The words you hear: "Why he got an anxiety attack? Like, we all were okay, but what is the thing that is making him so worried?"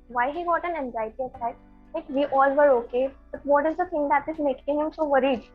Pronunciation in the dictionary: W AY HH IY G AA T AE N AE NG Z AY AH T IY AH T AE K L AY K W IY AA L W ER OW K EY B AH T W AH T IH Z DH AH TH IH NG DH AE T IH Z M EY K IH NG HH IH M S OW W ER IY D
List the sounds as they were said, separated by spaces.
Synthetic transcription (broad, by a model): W AY HH IY G AA T AE N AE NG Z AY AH T IY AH S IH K L AY K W IY AA L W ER OW K EY B AH T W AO T IH Z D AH T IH NG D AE T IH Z M EY K IH NG HH IH M S OW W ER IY D